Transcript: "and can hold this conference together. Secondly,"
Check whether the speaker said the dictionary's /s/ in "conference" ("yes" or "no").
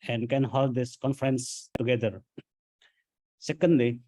yes